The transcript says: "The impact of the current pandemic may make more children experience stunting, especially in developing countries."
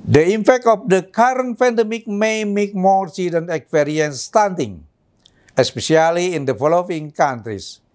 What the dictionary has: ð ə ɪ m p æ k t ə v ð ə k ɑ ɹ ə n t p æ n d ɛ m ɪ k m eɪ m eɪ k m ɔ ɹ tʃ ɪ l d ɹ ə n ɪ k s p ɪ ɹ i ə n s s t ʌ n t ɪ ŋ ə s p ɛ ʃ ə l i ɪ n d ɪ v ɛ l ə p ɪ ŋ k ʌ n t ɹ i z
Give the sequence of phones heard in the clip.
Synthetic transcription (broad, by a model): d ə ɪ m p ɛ k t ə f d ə k ɑ ɹ ə n t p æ n d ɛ m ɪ k m eɪ m eɪ k m ɔ ɹ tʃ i d ə n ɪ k s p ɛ ɹ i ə n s s t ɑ n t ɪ ŋ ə s p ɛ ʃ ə l i ɪ n d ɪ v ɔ l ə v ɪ ŋ k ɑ n t ɹ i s